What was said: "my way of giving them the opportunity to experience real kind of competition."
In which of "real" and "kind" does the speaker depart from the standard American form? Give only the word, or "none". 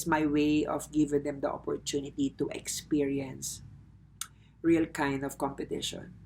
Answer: none